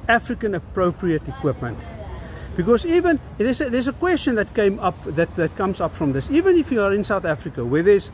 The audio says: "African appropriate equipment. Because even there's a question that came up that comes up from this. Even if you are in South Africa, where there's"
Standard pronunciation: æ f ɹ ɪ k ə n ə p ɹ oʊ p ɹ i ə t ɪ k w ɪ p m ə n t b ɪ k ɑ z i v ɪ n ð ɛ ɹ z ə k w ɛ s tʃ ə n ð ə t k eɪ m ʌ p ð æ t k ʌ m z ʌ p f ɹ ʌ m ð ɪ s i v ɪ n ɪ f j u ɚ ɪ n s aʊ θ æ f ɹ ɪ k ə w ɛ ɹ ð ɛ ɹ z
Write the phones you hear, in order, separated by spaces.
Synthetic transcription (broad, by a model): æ f ɹ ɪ k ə n ə p ɹ oʊ p ɹ i ə t ɪ k w ɪ p m ə n t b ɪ k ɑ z i v ɪ n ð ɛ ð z ə k w ɛ s tʃ ə n ð ə t k eɪ m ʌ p ð æ t k ʌ m z ʌ p f ɹ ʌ m ð ɪ s i v ɪ n ɪ f j u ɚ ɪ n s aʊ θ æ f ɹ ɪ k ə w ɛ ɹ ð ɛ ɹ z